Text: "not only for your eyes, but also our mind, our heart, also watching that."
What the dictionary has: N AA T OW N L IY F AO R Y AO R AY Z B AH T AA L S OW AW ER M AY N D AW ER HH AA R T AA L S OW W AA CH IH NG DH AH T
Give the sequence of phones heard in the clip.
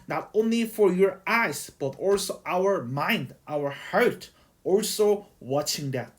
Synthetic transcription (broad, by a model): N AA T OW N L IY F AO R Y AO R AY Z B AH T AA L S OW AW ER M AY N D AW ER HH AA R T AA L S OW W AA CH IH NG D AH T